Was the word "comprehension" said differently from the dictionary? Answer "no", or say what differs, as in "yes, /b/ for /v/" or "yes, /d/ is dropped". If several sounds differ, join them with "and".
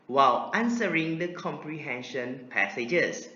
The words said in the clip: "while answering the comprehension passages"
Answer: no